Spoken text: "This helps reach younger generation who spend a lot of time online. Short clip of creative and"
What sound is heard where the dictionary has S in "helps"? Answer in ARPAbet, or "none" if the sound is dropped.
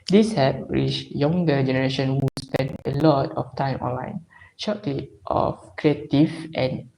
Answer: none